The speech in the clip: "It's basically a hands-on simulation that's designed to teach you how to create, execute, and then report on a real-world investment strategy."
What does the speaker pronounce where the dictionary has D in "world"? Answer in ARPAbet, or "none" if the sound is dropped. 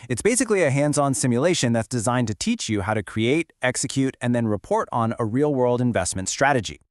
D